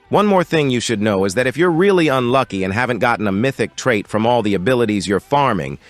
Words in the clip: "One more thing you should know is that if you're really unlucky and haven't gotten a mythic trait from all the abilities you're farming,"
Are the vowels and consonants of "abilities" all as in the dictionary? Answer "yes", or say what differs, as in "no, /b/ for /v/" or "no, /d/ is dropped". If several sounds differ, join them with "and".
yes